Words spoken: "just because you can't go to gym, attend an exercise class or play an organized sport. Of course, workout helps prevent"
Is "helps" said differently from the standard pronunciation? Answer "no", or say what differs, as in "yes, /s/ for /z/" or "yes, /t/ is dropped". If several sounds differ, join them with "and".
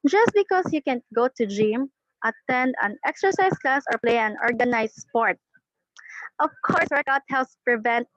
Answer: yes, /p/ is dropped